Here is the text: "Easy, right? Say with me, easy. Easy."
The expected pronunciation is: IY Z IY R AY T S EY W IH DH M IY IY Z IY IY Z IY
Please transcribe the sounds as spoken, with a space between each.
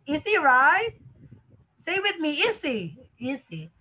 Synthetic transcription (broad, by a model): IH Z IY R AY T S EY W IH DH M IY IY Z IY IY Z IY